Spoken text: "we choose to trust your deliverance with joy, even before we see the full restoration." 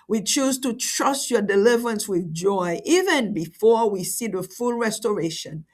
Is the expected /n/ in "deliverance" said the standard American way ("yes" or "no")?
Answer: yes